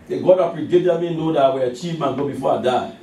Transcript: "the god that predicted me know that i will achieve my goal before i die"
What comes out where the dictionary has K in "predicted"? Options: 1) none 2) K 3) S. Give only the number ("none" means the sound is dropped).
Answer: 1